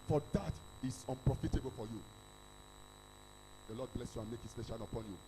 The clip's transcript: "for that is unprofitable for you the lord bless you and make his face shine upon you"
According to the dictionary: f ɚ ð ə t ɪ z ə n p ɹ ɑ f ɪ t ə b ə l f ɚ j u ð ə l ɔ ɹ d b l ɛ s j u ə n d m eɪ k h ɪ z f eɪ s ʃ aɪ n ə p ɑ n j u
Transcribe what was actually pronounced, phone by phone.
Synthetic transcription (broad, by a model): f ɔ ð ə t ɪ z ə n p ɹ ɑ f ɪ t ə b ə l f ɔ j u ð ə l ɔ d b l ɛ s j u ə n m eɪ k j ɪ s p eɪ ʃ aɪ l ə p ɑ n j u